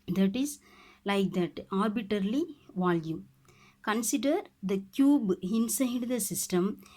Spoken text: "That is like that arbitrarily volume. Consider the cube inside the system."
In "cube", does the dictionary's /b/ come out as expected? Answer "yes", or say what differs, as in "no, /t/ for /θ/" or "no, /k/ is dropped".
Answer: yes